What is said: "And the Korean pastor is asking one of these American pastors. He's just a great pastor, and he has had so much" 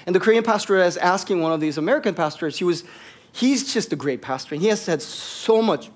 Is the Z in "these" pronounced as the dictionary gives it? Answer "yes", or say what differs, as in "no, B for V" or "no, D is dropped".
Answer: yes